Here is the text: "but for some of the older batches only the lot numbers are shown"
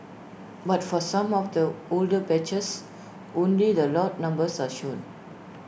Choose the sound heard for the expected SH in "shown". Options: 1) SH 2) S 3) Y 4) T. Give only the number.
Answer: 1